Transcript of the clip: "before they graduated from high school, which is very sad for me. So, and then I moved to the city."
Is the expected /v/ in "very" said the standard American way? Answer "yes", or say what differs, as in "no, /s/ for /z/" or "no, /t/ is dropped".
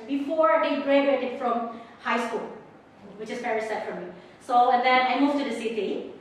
no, /p/ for /v/